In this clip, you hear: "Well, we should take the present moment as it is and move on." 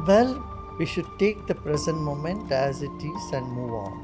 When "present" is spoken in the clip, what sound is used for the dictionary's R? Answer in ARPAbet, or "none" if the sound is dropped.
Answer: R